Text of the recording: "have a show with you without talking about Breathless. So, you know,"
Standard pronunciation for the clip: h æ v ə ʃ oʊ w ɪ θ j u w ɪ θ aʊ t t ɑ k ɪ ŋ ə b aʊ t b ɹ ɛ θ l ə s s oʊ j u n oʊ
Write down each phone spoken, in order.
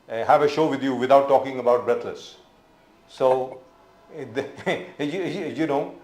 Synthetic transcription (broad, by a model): h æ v ə ʃ oʊ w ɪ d j u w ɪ t aʊ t t ɑ k ɪ ŋ ə b aʊ t b ɹ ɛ t l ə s s oʊ j u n oʊ